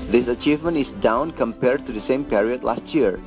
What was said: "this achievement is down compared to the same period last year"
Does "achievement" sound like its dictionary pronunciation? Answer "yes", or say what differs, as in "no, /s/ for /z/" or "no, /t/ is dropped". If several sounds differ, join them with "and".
yes